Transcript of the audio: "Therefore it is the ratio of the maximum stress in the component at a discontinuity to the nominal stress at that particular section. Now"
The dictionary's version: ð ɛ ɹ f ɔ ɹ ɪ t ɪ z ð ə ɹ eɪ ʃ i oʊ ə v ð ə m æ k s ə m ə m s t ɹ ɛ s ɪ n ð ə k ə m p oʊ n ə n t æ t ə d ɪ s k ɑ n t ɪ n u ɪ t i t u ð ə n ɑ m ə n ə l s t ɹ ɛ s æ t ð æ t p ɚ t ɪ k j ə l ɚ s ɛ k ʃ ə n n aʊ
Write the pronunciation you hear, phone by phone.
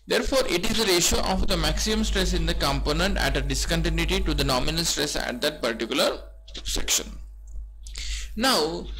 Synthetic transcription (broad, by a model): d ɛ ɹ f ɔ ɹ ɪ t ɪ z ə ɹ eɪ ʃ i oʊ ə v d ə m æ k s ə ə m s t ɹ ɛ s ɪ n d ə k ə m p oʊ n ə n t æ t ə d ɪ s k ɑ n t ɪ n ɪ t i t u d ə n ɑ m ə n ə l s t ɹ ɛ s æ t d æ t p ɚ t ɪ k j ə l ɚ s ɛ k ʃ ə n n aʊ